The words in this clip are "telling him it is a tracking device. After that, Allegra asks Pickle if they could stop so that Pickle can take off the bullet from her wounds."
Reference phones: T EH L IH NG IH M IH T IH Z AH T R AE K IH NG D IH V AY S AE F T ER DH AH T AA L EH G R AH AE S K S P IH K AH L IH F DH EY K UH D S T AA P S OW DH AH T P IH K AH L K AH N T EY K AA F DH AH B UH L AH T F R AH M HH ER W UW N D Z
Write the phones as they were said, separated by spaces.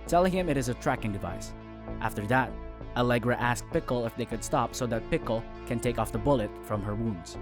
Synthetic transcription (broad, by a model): T EH L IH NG IH M IH T IH Z AH T R AE K IH NG D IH V AY S AE F T ER DH AH T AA L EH G R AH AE S K P IH K L IH F DH EY K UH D S T AA P S OW DH AH T P IH K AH L K AH N T EY K AA F DH AH B UH L AH T F R AH M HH ER W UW N D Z